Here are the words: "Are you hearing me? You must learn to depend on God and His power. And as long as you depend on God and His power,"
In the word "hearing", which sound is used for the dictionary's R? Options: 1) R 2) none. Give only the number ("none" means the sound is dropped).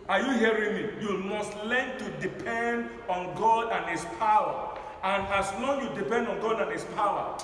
1